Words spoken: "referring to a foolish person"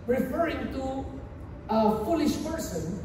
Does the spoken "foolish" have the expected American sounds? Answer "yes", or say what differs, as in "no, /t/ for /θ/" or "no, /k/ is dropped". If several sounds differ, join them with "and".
yes